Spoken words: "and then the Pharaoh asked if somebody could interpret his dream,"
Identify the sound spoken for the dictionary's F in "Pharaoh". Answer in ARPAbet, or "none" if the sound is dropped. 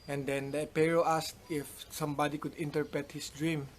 P